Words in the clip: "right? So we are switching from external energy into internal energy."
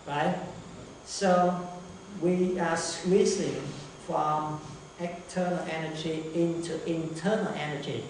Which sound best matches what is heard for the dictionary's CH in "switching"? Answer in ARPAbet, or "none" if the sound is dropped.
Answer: S